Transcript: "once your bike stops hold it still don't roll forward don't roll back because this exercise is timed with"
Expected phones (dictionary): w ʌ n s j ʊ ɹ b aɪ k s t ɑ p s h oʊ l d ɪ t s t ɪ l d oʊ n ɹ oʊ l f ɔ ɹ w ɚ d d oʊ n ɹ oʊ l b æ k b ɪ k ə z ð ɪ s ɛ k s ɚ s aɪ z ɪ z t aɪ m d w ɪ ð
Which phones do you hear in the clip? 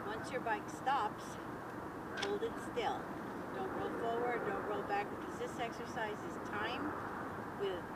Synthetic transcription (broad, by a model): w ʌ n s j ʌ ɹ b aɪ k s t ɑ p s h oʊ l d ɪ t s t ɪ l d oʊ n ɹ oʊ f ɔ ɹ w ɚ d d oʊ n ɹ oʊ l b æ k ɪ ə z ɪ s ɛ k s ɚ s aɪ z ɪ z t aɪ m w ɪ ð